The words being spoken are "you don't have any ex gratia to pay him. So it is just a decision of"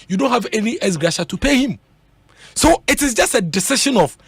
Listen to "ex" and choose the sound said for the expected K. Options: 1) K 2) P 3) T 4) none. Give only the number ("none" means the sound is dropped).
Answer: 4